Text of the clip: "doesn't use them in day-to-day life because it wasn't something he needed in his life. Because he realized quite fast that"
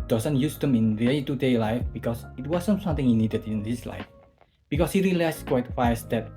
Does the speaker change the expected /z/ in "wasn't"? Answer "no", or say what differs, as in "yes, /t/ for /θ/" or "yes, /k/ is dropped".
yes, /s/ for /z/